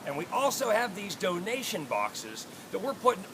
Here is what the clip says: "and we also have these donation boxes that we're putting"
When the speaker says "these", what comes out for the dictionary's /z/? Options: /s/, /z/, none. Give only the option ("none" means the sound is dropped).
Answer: /z/